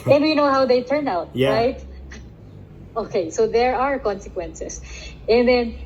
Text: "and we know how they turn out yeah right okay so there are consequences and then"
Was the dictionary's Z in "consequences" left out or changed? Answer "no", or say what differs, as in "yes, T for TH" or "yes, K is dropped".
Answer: yes, S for Z